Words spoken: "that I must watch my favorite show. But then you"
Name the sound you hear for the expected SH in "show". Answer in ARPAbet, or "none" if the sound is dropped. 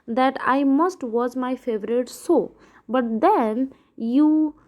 S